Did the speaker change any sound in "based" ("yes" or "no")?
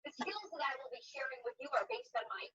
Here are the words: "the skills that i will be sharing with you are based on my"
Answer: no